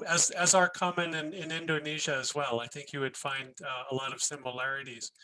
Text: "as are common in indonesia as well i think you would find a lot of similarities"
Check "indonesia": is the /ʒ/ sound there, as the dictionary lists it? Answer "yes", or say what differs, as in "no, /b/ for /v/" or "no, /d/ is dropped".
yes